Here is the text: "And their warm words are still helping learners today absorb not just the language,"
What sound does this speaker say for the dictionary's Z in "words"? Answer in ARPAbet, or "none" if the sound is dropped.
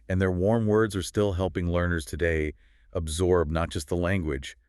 Z